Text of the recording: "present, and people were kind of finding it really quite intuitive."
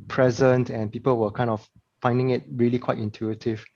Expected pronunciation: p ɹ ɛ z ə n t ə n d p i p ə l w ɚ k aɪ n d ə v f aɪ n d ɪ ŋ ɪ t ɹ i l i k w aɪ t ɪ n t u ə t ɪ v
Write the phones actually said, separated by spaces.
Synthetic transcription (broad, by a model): p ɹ ɛ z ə n t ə n p i p ə l w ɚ k aɪ n d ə f f aɪ n d ɪ ŋ ɪ t ɹ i l i k w aɪ t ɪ n t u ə t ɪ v